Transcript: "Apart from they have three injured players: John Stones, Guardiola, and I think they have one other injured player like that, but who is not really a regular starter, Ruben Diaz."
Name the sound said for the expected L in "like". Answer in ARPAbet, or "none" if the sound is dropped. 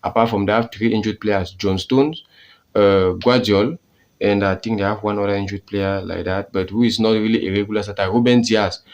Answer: L